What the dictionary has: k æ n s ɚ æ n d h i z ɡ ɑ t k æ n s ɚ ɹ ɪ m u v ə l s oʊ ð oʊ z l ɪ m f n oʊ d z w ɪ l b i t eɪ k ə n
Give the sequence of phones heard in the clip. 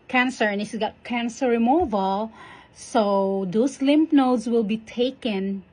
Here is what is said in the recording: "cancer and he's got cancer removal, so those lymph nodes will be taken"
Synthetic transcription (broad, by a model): k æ n s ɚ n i s ɡ ɑ t k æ n s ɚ ɹ ɪ m u v ə l s oʊ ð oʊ s l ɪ m p n oʊ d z w ɪ l b i t eɪ k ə n